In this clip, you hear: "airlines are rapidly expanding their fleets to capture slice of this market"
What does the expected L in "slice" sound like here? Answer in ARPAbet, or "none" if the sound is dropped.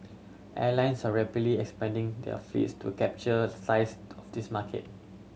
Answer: none